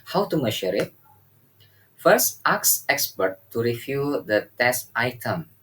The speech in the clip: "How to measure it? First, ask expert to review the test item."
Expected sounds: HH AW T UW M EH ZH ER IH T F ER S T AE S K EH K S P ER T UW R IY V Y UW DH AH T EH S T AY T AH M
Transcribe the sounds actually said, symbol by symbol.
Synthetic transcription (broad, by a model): HH AW T UW M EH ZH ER IH T F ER S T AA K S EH K S P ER T UW R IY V Y UW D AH T EH S T AY T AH M